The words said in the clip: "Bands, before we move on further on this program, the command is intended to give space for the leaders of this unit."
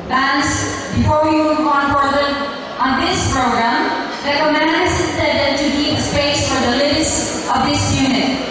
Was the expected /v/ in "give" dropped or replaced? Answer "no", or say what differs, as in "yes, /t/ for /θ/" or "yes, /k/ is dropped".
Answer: yes, /p/ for /v/